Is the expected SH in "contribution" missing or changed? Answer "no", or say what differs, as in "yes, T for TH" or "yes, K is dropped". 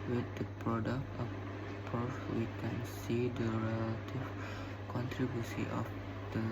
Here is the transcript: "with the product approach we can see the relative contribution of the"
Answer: yes, S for SH